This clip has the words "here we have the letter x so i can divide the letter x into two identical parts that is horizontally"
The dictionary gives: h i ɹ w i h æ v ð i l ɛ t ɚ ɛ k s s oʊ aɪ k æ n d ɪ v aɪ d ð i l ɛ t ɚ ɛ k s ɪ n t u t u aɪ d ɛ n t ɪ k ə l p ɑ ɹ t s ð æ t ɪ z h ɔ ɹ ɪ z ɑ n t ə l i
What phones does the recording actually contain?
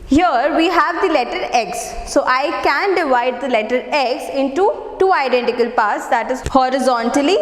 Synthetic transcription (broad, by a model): h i ɹ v i h æ v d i l ɛ t ɚ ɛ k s s oʊ aɪ k æ n d ɪ v aɪ d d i l ɛ t ɚ ɛ k s ɪ n t u t u aɪ d ɛ n t ɪ k ə l p ɑ ɹ t s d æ t ɪ z h ɔ ɹ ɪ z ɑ n t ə l i